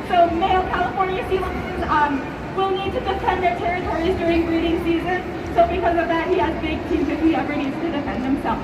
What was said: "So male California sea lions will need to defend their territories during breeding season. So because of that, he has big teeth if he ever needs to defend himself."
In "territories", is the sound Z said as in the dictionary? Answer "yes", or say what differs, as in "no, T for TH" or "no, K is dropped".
yes